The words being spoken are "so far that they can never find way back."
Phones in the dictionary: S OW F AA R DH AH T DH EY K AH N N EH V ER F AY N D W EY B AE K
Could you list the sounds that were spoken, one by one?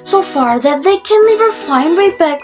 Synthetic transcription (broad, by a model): S OW F AA R DH AH T DH EY K AH N L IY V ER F AY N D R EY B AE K